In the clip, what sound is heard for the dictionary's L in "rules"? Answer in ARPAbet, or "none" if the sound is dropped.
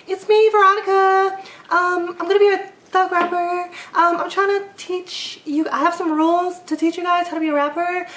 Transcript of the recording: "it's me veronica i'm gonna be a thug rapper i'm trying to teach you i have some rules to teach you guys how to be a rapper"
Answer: L